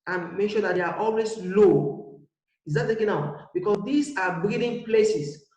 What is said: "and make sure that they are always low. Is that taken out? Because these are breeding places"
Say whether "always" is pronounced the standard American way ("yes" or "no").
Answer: no